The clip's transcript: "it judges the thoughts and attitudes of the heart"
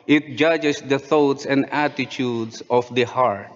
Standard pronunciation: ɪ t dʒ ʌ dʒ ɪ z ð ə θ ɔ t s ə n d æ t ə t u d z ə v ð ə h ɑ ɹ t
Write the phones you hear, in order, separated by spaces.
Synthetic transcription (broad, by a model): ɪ t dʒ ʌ dʒ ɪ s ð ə θ ɔ t s ə n d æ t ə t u d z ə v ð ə h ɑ ɹ t